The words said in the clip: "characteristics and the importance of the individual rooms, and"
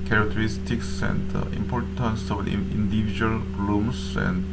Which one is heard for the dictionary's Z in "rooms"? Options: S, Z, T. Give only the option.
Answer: S